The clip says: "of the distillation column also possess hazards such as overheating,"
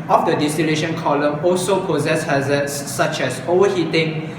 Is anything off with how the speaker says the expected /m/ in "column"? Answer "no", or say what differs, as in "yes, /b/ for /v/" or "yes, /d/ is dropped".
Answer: no